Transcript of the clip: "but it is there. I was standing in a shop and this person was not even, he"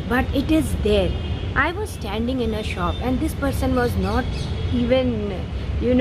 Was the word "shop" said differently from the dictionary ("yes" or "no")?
no